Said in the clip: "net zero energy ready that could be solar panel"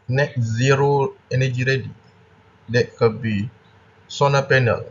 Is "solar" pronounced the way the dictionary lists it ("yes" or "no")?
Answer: no